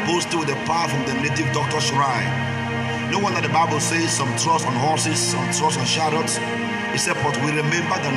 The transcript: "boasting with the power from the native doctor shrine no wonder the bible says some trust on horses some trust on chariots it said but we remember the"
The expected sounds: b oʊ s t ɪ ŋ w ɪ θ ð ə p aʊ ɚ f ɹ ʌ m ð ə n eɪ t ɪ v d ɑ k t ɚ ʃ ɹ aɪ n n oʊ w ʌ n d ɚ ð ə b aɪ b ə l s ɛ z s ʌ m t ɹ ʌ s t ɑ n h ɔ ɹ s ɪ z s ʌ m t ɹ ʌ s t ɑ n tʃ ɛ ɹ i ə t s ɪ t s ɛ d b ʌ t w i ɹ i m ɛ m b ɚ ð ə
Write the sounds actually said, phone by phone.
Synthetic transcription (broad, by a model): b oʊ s t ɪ w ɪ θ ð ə p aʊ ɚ f ɹ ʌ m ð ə n eɪ t ɪ v d ɑ k t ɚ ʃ ɹ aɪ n n oʊ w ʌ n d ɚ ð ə b aɪ b ə l s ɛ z s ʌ m t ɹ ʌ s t ɑ n h ɔ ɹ s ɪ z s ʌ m t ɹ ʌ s ɑ n ʃ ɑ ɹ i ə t s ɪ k s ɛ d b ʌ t w i ɹ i m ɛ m b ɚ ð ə